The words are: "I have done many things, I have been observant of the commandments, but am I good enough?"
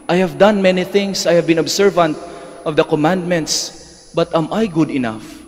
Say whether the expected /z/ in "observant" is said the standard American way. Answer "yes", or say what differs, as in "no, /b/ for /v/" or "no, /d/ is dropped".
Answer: no, /s/ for /z/